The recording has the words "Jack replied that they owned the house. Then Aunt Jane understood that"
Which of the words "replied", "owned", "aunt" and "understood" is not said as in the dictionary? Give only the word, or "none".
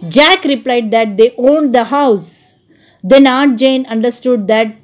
aunt